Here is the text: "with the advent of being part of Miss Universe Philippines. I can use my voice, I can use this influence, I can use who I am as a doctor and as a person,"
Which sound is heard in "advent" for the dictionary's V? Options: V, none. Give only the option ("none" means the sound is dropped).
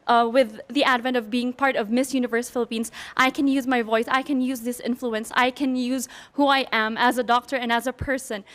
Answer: V